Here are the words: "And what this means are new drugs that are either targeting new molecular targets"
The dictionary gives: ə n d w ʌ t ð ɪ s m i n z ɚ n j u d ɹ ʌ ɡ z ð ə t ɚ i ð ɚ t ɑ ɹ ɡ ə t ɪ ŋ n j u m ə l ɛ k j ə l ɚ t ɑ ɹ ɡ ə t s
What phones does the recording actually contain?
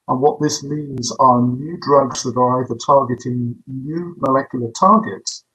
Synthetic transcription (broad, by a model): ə n w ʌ t ð ɪ s m i n z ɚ n j u d ɹ ʌ ɡ z ð ə t ɚ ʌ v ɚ t ɑ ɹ ɡ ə t ɪ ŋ n j u m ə l ɛ k j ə l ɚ t ɑ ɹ ɡ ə t s